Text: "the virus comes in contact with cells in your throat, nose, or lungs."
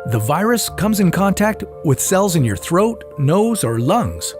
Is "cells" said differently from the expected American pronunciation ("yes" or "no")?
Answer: no